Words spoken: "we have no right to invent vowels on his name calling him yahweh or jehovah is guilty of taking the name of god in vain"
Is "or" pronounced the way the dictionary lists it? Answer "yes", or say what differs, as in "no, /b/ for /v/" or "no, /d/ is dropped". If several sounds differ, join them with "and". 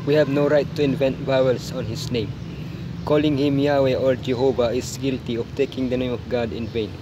no, /l/ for /ɹ/